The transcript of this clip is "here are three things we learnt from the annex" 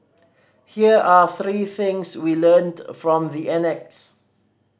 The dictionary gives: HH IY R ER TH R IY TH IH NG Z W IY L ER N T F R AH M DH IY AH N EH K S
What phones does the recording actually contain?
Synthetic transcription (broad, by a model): HH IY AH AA TH R IY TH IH NG S W IY L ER N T F R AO M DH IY AH N EH K S